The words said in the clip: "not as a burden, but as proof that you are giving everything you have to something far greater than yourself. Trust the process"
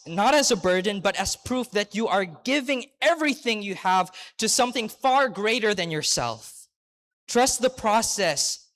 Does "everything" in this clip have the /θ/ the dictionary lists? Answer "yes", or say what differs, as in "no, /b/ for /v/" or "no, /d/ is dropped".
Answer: yes